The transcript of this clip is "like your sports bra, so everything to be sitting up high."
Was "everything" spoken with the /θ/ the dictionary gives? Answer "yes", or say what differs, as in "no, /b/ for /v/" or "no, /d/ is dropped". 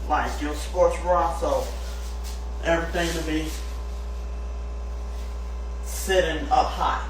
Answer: yes